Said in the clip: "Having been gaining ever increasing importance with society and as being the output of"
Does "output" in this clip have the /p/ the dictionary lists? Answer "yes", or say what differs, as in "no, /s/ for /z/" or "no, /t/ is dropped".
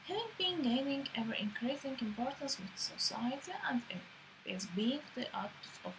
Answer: no, /p/ is dropped